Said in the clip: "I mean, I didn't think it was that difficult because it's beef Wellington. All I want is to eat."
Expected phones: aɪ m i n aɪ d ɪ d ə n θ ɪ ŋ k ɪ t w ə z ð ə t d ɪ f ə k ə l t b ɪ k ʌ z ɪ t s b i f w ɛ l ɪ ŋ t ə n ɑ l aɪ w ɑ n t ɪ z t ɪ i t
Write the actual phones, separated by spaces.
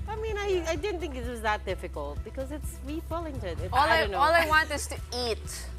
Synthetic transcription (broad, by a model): aɪ m i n aɪ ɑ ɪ d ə n θ ɪ ŋ k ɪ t w ə z ð ə t d ɪ f ə k ə l t b ɪ k ʌ z ɪ t s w i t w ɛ l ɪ ŋ t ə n ɑ l aɪ w ɑ n t ɪ z t ɪ i t